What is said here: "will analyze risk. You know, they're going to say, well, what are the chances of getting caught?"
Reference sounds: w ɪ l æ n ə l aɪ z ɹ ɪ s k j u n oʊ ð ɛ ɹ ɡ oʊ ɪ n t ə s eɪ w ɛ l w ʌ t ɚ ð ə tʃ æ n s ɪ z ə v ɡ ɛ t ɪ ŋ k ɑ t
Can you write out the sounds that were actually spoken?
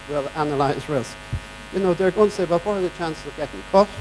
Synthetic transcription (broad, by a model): w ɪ l æ n ə l aɪ z ɹ ɪ s k j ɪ n oʊ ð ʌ ɹ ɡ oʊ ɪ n t ə s eɪ w ɛ l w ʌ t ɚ ð ə tʃ æ n s ɪ z ə v ɡ ɛ t ɪ ŋ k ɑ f